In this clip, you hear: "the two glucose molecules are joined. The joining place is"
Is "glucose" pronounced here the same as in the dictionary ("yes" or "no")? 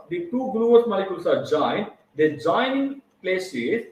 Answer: no